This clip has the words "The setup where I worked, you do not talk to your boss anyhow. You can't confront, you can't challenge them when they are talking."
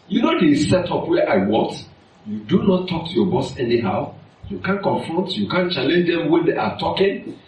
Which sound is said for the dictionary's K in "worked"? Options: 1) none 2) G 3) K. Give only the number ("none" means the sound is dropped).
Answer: 1